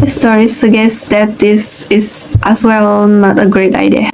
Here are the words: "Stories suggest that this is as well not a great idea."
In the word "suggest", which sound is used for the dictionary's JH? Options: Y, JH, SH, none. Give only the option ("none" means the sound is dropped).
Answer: none